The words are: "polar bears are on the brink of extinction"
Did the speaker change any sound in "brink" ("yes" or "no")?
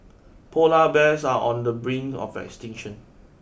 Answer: yes